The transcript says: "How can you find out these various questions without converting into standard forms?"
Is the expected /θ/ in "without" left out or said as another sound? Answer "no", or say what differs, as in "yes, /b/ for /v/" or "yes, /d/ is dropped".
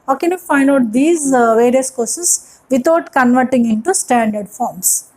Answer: yes, /t/ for /θ/